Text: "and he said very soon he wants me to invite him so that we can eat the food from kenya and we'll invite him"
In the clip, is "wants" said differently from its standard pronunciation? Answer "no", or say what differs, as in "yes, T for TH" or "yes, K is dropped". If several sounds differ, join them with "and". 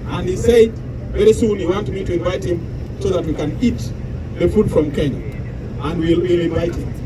yes, S is dropped